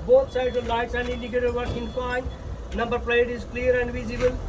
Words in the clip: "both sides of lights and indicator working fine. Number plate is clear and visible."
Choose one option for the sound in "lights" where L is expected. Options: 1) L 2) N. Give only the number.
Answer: 1